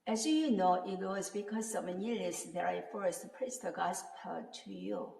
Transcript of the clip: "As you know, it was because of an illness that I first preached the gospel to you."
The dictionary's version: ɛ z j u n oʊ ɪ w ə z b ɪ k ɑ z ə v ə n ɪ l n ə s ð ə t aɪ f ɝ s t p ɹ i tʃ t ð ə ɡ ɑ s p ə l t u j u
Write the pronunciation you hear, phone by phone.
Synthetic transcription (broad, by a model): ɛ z j u n oʊ ɪ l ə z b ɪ k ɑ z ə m ə n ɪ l ə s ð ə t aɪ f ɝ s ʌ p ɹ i s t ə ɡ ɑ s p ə t u j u